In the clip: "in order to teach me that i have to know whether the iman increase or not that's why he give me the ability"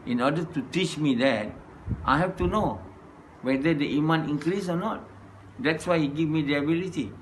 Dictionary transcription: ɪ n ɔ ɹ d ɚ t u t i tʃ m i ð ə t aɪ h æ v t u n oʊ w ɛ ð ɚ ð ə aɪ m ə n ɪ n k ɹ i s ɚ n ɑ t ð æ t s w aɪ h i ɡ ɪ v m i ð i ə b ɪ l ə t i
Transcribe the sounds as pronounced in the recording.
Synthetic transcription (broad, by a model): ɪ n ɔ d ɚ t u t i tʃ m i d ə t aɪ h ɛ f t u n oʊ w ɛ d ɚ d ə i m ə n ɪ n k ɹ i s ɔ n ɑ t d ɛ t s w aɪ h i ɡ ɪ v m i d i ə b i l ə t i